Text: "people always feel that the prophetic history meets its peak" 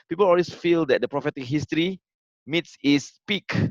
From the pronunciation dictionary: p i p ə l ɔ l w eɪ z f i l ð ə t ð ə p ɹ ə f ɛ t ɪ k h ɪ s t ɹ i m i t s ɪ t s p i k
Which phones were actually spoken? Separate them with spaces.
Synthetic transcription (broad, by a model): p i p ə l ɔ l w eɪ s f i l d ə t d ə p ɹ ə f ɛ t ɪ k h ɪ s t ɹ i m i t s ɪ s p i k